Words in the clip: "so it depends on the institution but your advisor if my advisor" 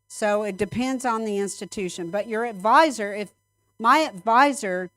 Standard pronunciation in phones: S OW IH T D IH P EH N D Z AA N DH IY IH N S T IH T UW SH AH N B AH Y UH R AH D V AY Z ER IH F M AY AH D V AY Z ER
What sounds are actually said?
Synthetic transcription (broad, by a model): S OW IH T D IH P EH N D Z N DH IY IH N S T IH T UW SH AH N B AH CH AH R AH D V AY Z ER IH F M AY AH D V AY Z ER